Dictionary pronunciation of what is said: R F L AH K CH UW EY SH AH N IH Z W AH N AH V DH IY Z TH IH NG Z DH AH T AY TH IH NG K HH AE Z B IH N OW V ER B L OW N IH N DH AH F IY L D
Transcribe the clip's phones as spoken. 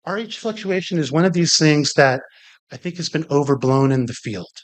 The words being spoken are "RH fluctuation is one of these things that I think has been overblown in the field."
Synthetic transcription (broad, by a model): R F L AH K CH UW EY SH AH N IH Z W AH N AH V DH IY Z TH IH NG Z DH AH T AY TH IH NG K HH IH Z B IH N OW V ER B L OW N IH N DH AH F IY L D